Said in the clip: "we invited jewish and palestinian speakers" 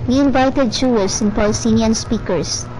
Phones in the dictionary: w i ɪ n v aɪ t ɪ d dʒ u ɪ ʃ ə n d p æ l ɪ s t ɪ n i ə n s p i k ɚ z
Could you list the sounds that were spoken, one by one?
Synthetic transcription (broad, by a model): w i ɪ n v aɪ t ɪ d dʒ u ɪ s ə n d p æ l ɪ s t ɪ n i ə n s p i k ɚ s